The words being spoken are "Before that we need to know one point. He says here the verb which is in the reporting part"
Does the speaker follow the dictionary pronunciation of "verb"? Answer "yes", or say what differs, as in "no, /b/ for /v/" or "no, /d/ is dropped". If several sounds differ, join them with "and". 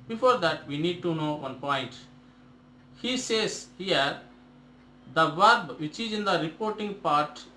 yes